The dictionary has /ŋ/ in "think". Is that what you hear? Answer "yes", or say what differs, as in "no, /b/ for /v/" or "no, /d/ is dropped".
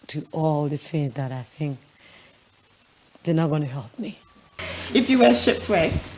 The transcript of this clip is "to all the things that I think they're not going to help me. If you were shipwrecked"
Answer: yes